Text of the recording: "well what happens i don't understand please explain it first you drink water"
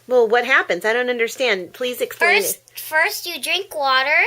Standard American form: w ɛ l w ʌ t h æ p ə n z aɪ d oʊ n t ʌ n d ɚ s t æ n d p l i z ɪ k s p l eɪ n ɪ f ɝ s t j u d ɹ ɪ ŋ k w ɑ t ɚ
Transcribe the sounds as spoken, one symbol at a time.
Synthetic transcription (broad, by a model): w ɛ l w ʌ t h æ p ə n z aɪ d oʊ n t ʌ n d ɚ s t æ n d p l i z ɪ k s p l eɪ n f ɝ s t j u d ɹ ɪ ŋ k w ɑ t ɚ